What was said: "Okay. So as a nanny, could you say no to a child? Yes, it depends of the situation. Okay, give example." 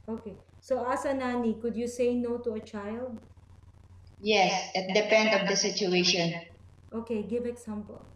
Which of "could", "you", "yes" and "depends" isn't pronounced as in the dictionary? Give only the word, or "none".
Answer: depends